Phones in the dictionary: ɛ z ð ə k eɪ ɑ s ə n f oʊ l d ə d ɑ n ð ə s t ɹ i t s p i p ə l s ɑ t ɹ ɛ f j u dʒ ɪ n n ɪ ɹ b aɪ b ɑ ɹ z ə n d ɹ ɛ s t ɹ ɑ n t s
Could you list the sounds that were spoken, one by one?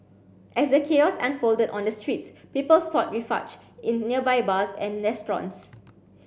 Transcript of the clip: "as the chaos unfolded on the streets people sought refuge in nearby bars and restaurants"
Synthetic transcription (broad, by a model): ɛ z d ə k eɪ ɑ s ə n f oʊ l d ə d ɑ n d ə s t ɹ i t s p i p ə l s ɑ t ɹ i f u tʃ ɪ n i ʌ b aɪ b ɑ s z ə n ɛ s t ɹ ɑ n s